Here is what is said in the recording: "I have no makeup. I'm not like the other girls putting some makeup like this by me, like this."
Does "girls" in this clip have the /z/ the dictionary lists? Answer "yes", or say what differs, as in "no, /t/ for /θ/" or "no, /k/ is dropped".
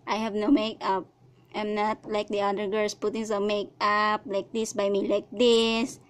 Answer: no, /s/ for /z/